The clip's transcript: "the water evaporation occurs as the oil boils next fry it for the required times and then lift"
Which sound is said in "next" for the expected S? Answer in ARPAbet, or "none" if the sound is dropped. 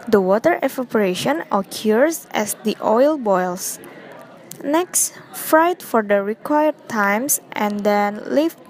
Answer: S